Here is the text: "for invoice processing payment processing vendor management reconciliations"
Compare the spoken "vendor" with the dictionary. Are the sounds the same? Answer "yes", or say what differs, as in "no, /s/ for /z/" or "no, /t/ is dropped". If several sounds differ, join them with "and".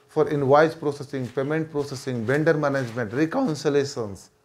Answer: no, /b/ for /v/